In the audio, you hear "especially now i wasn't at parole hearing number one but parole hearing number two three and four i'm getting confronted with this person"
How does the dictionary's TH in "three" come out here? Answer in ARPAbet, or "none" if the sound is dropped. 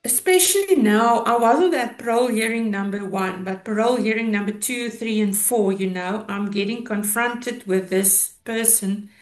TH